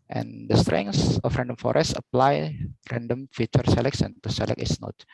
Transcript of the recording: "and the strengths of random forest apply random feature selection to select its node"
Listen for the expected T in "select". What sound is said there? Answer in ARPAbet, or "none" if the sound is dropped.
none